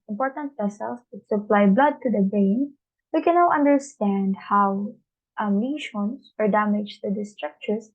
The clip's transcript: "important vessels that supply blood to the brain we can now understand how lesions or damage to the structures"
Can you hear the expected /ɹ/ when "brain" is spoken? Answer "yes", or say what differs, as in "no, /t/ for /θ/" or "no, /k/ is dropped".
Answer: no, /ɹ/ is dropped